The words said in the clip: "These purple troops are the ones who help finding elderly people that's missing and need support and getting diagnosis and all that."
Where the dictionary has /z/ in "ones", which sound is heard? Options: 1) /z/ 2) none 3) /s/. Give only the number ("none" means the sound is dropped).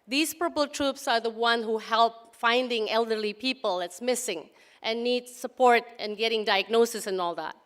2